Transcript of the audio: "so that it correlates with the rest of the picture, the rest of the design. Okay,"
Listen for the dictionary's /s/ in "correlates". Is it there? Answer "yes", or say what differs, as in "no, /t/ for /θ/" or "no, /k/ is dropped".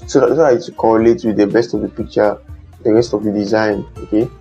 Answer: no, /s/ is dropped